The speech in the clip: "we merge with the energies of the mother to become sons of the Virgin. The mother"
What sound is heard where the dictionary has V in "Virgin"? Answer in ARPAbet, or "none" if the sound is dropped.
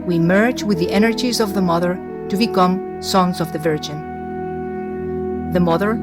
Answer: V